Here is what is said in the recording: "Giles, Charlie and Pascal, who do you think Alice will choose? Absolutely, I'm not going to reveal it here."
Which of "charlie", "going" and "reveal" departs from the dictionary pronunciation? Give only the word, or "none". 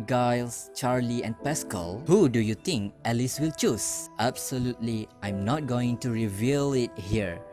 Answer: none